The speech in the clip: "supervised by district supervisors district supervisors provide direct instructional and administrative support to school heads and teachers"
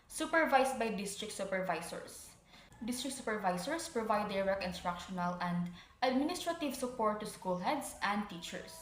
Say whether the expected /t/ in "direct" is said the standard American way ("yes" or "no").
no